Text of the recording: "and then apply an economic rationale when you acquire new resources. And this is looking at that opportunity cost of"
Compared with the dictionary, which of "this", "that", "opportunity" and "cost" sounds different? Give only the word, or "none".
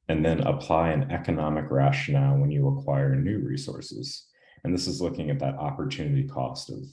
none